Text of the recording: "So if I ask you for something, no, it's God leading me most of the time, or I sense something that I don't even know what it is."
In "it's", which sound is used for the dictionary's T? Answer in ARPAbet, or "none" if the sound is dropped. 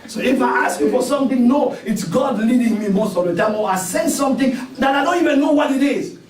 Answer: T